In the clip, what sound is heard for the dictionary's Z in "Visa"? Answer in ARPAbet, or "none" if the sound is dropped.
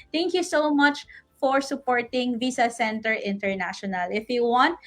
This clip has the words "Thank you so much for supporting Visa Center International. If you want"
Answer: S